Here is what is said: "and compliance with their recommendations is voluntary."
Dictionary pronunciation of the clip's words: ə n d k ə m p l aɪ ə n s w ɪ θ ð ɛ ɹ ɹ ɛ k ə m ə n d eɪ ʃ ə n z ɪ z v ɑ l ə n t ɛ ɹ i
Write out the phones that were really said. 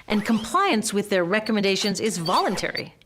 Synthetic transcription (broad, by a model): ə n k ə m p l aɪ ə n s w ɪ ð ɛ ɹ ɹ ɛ k ə m ə n d eɪ ʃ ə n z ɪ z v ɑ l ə n t ɛ ɹ i